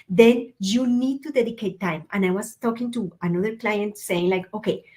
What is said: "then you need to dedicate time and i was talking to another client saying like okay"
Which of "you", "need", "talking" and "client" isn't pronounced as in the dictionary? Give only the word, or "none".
none